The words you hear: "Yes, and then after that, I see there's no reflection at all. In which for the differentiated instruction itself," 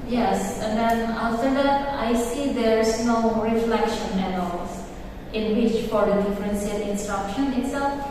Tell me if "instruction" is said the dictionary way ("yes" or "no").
yes